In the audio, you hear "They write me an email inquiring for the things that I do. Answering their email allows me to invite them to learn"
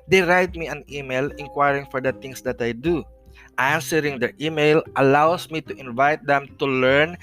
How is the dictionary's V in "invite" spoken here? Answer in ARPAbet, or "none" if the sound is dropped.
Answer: V